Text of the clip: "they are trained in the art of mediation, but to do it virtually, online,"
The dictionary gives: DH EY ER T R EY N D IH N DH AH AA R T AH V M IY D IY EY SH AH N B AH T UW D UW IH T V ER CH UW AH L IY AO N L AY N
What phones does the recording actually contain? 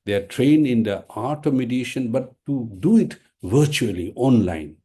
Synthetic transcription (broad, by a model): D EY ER T R EY N IH N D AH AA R T AH V M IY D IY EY SH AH N B AH T UW D UW IH T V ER CH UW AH L IY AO N L AY N